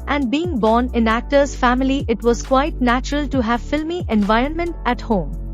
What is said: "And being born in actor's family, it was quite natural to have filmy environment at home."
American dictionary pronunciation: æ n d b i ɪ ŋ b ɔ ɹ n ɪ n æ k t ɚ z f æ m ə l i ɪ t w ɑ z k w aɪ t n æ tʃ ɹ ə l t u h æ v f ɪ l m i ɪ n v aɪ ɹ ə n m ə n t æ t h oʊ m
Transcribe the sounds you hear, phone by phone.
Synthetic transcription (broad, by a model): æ n d b i ɪ ŋ b ɔ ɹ n ɪ n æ k t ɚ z f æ m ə l i ɪ t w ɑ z k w aɪ t n æ tʃ ɹ ə l t u h æ v f ɪ l m i ɪ n v aɪ ɹ ə n m ə n t æ t h oʊ m